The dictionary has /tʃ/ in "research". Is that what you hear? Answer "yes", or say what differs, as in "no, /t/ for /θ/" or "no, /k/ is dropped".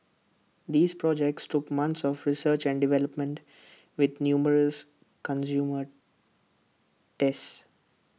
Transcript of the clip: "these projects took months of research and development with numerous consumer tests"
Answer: yes